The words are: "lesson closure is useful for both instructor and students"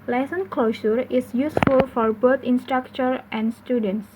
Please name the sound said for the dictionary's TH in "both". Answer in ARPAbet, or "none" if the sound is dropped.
T